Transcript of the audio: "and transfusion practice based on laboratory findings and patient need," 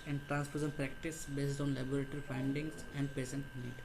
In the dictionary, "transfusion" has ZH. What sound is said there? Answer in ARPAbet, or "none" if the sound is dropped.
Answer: S